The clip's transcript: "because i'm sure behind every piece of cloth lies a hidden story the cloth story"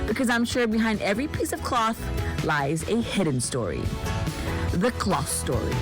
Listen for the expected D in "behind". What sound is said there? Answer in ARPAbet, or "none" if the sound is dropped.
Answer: D